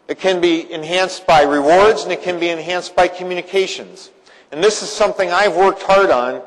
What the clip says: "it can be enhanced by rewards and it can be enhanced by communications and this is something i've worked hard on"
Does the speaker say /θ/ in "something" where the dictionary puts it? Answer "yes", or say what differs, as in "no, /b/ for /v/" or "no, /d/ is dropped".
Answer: yes